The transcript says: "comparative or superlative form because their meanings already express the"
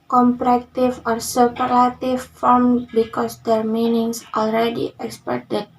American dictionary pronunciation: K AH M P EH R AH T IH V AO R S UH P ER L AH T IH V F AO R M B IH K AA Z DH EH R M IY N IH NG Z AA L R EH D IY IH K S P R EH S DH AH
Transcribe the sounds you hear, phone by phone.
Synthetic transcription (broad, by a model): K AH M P R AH T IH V AO R S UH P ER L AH T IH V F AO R M B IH K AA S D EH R M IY N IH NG S AA L R EH D IY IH K S P EH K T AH